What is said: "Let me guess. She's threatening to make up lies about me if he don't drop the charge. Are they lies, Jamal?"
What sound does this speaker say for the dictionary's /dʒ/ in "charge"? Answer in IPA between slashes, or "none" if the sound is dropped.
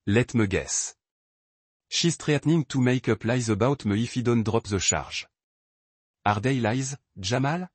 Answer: /ʒ/